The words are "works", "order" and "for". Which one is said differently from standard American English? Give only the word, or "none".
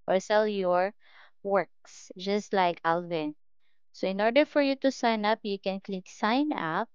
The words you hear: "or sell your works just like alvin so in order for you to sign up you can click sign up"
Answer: none